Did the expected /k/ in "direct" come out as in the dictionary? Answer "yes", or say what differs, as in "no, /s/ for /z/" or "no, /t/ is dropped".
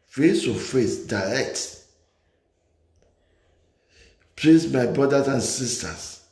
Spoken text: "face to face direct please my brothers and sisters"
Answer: yes